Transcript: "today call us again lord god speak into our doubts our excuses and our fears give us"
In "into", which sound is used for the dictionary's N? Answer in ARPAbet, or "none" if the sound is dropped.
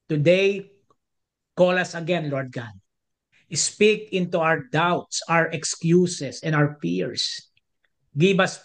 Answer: N